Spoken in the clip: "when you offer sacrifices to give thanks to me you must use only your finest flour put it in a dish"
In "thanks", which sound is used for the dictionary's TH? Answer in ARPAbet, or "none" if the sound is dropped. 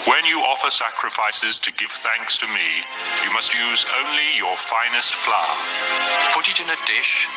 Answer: TH